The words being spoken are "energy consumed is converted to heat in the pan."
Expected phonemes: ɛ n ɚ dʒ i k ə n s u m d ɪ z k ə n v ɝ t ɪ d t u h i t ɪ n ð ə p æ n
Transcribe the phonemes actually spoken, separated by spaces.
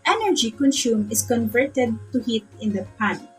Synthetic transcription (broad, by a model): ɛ n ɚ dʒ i k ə n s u m ɪ s k ə n v ɝ t ɪ d t u h i t ɪ n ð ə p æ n